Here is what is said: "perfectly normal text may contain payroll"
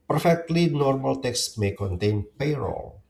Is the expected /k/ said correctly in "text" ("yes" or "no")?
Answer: yes